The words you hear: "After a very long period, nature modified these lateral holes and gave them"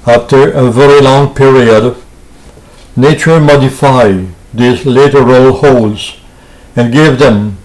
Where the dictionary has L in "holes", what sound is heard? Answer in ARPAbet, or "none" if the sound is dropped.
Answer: L